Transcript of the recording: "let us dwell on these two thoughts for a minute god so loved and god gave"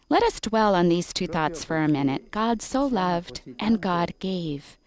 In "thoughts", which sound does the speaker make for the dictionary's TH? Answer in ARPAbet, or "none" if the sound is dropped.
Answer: TH